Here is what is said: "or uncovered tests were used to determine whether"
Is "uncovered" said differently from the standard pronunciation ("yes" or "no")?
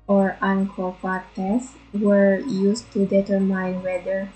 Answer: yes